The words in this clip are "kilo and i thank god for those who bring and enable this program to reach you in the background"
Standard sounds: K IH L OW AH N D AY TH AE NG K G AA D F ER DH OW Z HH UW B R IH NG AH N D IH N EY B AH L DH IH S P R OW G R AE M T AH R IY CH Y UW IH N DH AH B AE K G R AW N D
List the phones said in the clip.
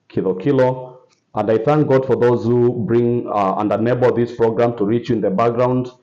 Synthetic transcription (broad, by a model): K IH L OW AH N D AY TH AE NG K G AA D F ER DH OW Z HH UW B R IH NG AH N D IH N EY B AH L DH IH S P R OW G R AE M T AH R IY CH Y IH N DH AH B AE K G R AW N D